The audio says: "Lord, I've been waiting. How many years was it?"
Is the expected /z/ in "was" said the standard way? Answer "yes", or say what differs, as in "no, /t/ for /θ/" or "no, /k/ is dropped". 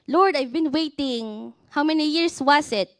no, /s/ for /z/